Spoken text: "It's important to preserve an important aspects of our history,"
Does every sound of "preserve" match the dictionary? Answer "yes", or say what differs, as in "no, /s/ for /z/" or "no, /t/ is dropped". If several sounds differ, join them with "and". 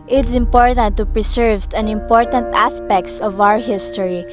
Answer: no, /s/ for /z/